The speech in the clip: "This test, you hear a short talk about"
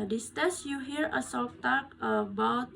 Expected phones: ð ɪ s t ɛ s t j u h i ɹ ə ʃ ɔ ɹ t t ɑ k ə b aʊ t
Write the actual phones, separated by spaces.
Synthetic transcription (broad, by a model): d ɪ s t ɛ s j u h i ɹ ə s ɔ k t t ɑ k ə b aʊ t